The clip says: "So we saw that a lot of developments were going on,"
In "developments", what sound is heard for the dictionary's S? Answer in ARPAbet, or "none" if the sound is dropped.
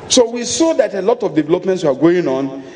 S